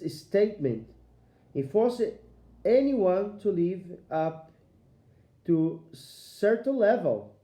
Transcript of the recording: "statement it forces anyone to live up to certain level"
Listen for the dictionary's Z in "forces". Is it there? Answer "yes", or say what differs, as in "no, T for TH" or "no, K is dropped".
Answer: no, Z is dropped